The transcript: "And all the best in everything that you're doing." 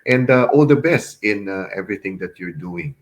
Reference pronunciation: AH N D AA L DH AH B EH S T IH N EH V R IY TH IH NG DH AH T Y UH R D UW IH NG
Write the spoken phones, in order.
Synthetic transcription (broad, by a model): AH N D AA L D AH B EH S T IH N EH V R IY T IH NG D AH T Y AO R D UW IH NG